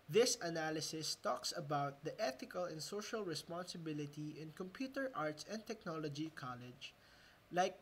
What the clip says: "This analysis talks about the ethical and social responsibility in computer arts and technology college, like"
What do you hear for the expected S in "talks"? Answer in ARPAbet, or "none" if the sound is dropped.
S